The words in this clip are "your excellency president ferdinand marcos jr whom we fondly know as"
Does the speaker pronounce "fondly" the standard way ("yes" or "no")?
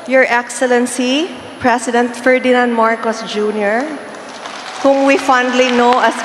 yes